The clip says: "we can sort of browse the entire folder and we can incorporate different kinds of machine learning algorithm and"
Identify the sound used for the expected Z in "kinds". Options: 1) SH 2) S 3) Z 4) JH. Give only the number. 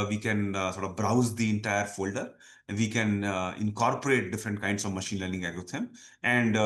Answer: 2